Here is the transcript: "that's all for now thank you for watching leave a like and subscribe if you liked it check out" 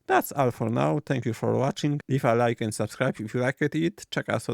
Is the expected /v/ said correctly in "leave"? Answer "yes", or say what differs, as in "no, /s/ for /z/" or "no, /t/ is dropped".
no, /f/ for /v/